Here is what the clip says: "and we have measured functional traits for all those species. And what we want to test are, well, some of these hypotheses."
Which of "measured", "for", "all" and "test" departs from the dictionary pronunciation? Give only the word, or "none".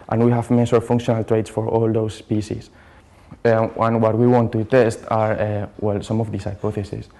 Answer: measured